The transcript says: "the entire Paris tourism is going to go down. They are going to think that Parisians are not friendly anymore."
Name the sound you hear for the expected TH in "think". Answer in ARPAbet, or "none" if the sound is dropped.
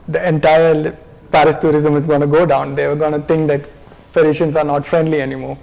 T